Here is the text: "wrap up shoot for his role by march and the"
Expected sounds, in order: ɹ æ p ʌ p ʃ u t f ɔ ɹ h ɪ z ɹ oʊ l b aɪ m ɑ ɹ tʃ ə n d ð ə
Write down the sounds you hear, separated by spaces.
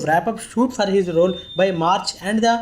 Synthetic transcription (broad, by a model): ɹ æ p ʌ p ʃ u t f ɔ ɹ h ɪ z ɹ oʊ l b aɪ m ɑ ɹ tʃ ə n d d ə